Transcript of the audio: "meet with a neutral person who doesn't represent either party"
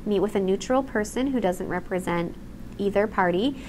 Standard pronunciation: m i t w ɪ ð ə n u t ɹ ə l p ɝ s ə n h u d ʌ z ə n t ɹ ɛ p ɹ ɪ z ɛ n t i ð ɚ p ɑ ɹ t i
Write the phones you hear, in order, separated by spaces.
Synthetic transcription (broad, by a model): m i t w ɪ ð ə n u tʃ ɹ l p ɝ s ə n h u d ʌ z ə n t ɹ ɛ p ɹ ɪ z ɛ n t i ð ɚ p ɑ ɹ t i